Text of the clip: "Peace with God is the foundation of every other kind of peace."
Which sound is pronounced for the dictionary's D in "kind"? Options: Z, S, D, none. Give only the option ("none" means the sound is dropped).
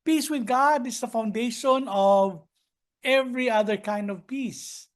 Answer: D